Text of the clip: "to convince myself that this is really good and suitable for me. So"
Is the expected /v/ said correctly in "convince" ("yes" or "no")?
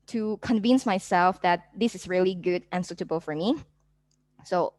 yes